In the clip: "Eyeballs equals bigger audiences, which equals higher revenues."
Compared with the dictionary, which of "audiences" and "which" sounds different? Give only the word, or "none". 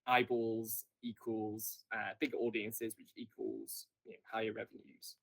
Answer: none